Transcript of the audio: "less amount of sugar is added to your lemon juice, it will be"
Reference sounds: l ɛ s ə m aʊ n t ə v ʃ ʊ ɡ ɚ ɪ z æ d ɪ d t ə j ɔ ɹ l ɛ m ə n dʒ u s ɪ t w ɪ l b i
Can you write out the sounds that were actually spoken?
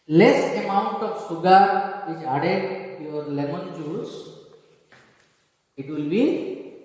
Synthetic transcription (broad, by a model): l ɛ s ə m aʊ n t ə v s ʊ ɡ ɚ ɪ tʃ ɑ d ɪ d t j ɔ ɹ l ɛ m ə n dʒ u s ɪ t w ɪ l b i